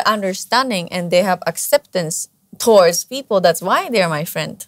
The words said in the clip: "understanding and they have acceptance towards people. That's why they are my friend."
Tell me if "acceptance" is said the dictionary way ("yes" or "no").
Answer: yes